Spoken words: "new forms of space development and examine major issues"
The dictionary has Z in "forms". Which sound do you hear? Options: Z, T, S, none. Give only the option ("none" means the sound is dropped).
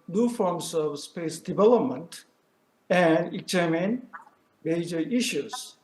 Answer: S